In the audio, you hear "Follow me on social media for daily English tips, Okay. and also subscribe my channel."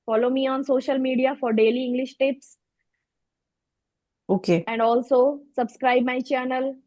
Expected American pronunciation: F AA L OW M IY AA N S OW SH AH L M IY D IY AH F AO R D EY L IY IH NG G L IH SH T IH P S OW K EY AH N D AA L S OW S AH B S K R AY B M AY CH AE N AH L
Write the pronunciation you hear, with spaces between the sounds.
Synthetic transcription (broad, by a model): F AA L OW M IY AA N S OW SH AH L M IY D IY AH F AO R D EY L IY IH NG G L IH SH T IH P S OW K EY AH N D AA L S OW S AH B S K R AY B M AY CH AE N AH L